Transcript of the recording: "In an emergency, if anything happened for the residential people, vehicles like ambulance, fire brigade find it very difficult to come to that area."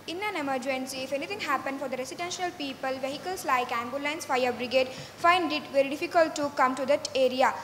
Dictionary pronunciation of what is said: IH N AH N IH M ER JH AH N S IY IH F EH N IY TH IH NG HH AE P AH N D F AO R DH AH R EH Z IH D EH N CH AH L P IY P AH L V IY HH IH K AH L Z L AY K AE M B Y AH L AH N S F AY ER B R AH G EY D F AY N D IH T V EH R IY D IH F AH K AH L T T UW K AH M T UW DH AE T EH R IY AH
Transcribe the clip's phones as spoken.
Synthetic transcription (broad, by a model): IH N AH N IH M ER JH AH N S IY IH F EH N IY T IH NG HH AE P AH N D F AO R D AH R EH S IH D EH N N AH L P IY P AH L V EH HH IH K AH L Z L AY K AE M B Y AH L AH N S F AY ER B R AH G EY D F AY N D IH T V EH R IY D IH F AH K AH L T T UW K AH M T UW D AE T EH R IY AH